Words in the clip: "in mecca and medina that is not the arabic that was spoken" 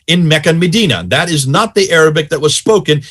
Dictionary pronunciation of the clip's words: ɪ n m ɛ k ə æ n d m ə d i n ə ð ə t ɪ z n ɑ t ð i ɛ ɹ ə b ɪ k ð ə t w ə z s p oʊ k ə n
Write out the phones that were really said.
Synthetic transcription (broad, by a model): ɪ n m ɛ k ə n m ə d i n ə ð ə t ɪ z n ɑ t ð i ɛ ɹ ə b ɪ k ð ə t w ə z s p oʊ k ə n